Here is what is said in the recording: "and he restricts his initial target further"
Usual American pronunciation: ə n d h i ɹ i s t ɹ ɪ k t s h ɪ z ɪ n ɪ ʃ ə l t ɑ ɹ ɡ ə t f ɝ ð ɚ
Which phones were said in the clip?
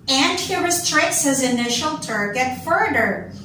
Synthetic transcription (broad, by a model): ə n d h i ɹ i s t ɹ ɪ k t s h ɪ z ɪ n ɪ ʃ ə l t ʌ ɹ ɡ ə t f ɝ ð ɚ